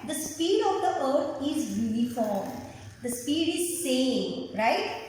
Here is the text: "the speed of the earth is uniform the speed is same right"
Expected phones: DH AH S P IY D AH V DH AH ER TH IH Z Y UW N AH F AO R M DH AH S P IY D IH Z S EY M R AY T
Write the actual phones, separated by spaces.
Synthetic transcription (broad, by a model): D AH S P IY D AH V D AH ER T IH Z Y UW N AH F AO R M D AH S P IY D IH Z S EY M R AY T